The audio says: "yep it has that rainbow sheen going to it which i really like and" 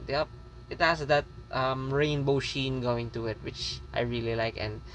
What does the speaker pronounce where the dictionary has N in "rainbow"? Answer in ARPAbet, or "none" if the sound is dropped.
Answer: N